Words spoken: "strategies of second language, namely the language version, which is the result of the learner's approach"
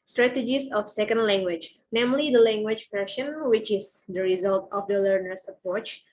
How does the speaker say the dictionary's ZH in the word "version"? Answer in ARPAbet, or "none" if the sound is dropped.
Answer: SH